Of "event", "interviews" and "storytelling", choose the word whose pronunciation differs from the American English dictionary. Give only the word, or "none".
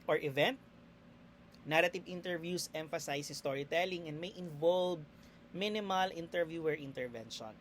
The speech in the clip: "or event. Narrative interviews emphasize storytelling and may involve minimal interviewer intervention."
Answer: interviews